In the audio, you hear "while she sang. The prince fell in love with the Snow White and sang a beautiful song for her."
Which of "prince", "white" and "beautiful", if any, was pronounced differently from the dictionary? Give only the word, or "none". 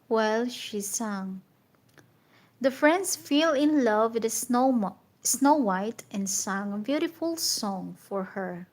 prince